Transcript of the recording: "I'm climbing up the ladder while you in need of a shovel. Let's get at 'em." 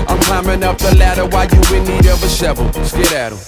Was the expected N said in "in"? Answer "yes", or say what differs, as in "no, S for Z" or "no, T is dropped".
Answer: no, L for N